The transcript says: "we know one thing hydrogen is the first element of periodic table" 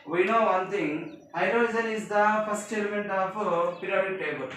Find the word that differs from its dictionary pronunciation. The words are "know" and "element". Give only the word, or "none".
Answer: none